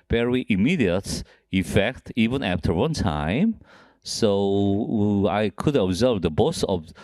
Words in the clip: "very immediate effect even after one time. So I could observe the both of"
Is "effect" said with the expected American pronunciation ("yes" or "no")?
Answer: yes